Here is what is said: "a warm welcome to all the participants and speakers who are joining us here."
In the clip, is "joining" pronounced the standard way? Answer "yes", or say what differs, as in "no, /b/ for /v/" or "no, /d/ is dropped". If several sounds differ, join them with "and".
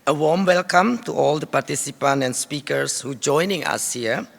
yes